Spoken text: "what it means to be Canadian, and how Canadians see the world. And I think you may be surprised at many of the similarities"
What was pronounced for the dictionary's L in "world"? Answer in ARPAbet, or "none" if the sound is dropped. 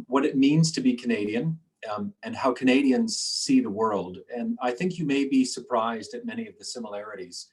L